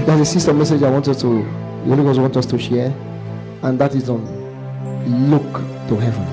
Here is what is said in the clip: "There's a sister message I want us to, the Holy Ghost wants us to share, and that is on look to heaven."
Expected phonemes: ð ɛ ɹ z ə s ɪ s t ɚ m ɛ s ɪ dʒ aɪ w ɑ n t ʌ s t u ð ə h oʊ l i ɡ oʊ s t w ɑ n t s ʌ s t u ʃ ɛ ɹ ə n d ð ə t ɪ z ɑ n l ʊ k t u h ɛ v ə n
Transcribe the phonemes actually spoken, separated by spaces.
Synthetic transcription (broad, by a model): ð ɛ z ə s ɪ s t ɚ m ɛ s ɪ dʒ aɪ w ɑ n t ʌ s t u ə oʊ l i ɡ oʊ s w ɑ n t ʌ s t u ʃ ɛ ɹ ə n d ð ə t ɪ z ɑ n l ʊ k t u h ɛ v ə n